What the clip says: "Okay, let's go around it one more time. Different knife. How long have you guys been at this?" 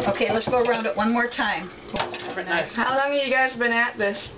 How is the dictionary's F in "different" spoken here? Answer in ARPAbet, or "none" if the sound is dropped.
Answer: none